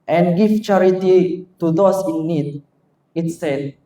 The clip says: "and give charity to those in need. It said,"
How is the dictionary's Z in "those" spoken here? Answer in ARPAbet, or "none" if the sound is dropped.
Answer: S